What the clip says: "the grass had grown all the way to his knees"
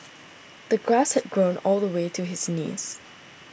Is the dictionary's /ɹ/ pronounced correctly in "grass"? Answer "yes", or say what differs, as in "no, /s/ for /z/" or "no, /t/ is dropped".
yes